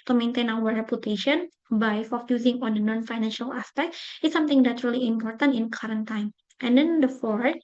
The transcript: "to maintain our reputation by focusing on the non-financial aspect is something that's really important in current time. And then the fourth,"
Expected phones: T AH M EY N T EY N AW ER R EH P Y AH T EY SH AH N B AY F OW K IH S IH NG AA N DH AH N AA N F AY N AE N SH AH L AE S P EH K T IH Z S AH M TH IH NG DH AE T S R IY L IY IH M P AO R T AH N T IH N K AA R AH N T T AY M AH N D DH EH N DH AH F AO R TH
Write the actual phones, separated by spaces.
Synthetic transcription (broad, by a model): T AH M EY N T EY N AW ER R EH P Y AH T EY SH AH N B AY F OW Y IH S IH NG AA N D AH N AA N F AY N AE N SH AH L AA S P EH K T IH S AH M T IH NG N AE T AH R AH L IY IH M P AO R T AH N T IH N K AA R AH N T T AY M AH N D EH N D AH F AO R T